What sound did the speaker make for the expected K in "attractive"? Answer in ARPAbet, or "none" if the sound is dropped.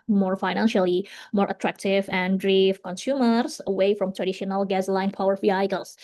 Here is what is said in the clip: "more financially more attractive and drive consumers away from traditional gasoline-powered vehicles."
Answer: K